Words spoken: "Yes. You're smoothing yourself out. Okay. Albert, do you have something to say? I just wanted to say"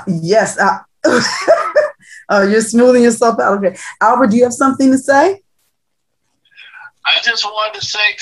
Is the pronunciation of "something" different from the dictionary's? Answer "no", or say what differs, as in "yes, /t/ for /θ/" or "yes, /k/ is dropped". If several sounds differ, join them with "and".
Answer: no